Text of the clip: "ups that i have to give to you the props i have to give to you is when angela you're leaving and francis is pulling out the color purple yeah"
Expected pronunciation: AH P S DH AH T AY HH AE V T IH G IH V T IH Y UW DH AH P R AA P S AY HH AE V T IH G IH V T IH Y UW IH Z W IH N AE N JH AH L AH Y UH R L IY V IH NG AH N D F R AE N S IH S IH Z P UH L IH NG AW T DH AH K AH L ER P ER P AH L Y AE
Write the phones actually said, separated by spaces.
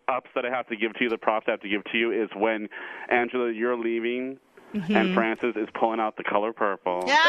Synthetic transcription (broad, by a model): AH P S DH AH T AY HH AE F T IH G IH V T IH Y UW DH AH P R AA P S AY HH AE F T IH G IH V T IH Y UW IH Z W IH N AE N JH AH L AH Y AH R L IY V IH NG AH N F R AE N S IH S IH Z P UH L IH NG AW T DH AH K AH L ER P ER P L Y